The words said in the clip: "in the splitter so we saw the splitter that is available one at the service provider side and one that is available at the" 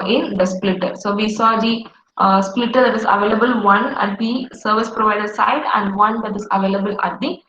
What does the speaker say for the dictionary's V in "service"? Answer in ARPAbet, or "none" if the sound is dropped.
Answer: V